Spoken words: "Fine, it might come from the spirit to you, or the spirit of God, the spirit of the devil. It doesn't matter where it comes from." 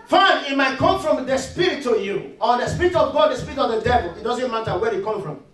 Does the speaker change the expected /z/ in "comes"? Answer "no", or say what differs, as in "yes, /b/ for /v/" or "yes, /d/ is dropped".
yes, /z/ is dropped